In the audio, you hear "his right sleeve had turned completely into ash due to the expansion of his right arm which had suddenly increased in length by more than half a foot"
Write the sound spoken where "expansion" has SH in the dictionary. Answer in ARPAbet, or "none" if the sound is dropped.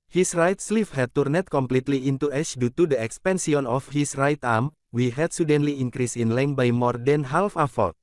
S